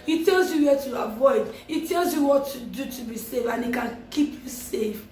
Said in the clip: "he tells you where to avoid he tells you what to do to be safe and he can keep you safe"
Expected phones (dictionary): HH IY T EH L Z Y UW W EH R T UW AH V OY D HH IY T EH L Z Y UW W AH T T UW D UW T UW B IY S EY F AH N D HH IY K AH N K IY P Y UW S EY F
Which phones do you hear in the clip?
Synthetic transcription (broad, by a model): HH IY T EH L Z Y UW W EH T UW AH V OY D HH IY T EH L Z Y UW W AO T T UW D UW T UW B IY S EY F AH N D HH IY K AH N K IY P Y UW S EY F